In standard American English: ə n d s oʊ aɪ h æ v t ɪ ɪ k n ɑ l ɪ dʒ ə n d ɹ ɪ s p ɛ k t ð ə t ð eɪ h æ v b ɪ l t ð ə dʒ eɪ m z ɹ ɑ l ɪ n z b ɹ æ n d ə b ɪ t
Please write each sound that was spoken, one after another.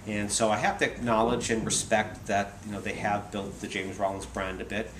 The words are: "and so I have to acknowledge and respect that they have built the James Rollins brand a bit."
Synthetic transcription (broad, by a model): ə n s oʊ aɪ h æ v t ɪ ɪ k n ɑ l ɪ dʒ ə n ɹ ɪ s p ɛ k t ð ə t ð eɪ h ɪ v b ɪ l t ð ə dʒ eɪ m z ɹ ɑ l ɪ n z b ɹ æ n d ə b ɪ t